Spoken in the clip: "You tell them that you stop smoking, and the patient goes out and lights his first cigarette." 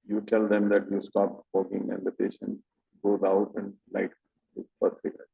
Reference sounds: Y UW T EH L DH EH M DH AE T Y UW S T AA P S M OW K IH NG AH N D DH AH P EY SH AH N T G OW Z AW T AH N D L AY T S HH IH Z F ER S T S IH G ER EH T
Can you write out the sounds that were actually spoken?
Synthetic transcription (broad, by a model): Y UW T EH L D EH M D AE T Y UW S T AA P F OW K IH NG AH N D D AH P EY SH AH N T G OW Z AW T AH N D L AY T S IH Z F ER T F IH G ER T